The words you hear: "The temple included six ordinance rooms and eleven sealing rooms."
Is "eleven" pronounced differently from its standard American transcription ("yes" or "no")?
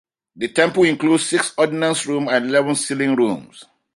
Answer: no